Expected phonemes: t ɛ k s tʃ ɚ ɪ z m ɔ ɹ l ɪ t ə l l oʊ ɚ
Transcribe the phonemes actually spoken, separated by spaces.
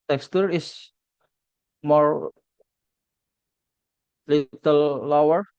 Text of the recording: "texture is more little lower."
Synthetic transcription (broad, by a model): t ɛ k s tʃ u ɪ s m ɔ ɹ l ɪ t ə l l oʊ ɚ